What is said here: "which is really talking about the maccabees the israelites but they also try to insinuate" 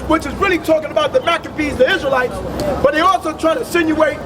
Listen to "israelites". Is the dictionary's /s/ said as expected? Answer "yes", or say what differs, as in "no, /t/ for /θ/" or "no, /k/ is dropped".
yes